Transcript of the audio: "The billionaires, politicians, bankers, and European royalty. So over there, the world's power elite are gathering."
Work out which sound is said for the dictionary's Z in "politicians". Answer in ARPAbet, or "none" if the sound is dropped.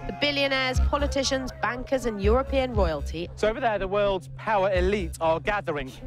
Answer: Z